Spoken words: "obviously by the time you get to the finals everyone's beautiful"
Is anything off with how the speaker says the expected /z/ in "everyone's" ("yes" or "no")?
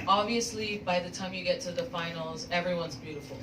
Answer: no